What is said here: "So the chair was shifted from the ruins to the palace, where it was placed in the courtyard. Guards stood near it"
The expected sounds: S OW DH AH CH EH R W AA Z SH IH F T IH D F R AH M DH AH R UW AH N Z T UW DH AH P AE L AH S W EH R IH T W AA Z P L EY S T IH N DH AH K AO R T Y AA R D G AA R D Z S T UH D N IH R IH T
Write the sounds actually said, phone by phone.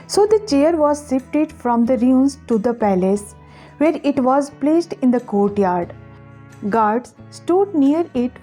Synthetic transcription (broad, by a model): S OW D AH CH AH R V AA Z S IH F T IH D F R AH M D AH R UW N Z T UW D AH P AE L AH S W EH R IH T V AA Z P L EY S T IH N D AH K AO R T Y AA R D G AA R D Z S T UH D N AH R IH T